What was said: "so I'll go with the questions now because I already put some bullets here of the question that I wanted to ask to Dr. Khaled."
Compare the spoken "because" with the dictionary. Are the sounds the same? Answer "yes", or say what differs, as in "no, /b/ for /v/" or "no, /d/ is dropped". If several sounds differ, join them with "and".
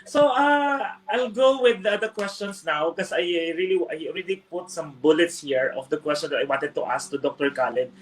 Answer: no, /z/ is dropped